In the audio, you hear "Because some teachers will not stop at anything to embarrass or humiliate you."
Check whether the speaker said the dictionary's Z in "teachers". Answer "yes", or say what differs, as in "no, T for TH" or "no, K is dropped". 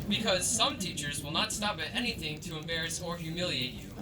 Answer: yes